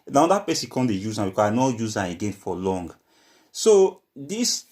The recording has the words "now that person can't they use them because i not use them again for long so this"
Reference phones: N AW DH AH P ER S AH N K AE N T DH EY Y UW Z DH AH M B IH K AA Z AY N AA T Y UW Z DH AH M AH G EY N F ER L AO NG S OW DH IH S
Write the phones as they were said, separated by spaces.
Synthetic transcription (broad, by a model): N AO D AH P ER S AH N K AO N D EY Y UW Z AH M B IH K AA AY N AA Y UW Z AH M AH G EY N F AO L AO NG S OW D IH S